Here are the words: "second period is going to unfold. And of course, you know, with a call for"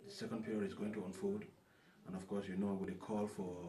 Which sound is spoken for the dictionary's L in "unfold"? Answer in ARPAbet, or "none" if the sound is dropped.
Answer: none